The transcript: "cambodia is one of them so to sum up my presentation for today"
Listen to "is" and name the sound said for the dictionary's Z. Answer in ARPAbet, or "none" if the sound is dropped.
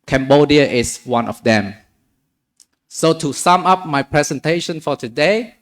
S